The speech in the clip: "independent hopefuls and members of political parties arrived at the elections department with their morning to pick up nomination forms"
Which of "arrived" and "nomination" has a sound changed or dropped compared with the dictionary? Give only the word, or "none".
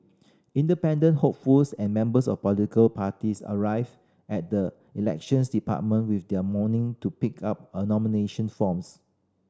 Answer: arrived